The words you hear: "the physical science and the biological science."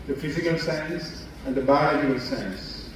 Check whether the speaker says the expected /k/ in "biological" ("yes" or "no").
no